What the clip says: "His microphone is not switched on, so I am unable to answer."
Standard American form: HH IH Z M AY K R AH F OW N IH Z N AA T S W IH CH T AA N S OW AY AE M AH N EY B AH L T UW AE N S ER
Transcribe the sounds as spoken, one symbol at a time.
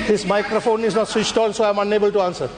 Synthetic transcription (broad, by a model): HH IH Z M AY K R AH F OW N IH Z N AA T S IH S T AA L S OW AY M AH N EY B AH L T UW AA N S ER